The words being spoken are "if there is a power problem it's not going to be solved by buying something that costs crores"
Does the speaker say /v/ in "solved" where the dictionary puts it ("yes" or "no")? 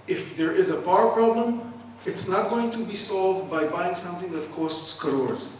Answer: yes